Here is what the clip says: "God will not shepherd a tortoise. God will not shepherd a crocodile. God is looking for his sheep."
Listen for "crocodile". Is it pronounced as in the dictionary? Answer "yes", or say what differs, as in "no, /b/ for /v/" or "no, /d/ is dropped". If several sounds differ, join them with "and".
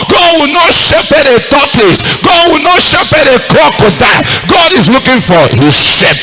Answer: no, /ɹ/ is dropped